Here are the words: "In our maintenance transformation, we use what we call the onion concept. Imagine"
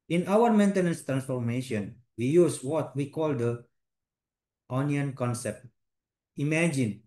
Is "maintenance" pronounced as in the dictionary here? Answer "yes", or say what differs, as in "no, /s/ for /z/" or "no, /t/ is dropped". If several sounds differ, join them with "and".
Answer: yes